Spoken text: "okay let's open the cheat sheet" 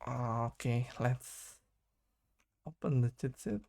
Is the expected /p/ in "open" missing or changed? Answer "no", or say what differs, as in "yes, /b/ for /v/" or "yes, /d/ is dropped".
no